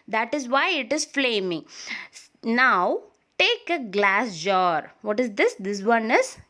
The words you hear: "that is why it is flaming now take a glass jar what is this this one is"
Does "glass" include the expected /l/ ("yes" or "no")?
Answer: yes